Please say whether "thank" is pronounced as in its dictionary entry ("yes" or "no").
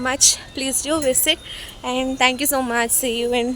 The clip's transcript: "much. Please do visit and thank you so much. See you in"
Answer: no